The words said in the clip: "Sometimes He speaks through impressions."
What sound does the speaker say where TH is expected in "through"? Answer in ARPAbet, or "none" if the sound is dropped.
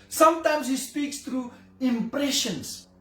T